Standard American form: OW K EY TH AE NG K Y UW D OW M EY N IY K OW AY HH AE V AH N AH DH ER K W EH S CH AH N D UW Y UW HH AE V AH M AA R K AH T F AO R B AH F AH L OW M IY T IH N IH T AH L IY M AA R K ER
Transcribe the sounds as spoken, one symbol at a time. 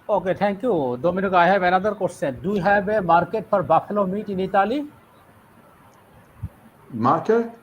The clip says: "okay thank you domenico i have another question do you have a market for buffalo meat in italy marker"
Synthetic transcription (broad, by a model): OW K EY T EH NG K Y UW D OW M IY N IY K AY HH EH B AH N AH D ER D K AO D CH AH N D UW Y HH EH B AH M AA R K AH T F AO R B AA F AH L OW M IY T IH N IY T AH L IY M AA R K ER